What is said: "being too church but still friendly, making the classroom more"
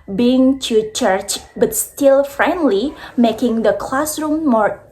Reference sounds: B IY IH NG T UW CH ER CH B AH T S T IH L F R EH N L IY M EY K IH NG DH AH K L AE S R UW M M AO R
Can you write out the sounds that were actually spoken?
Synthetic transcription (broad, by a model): B IY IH NG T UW CH ER CH B AH T S T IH L F R EH N L IY M EY K IH NG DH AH K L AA S R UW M M AO R